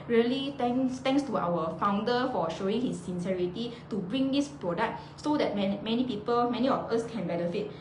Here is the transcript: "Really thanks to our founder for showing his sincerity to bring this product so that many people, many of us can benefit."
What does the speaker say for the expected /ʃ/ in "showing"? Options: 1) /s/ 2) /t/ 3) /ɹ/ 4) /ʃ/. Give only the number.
4